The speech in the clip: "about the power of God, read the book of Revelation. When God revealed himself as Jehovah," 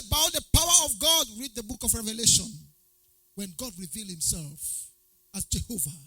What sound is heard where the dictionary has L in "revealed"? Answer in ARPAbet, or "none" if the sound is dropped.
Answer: L